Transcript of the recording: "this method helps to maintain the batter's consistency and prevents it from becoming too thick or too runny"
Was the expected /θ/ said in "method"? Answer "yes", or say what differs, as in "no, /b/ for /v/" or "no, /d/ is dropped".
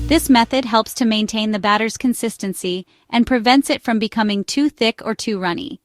yes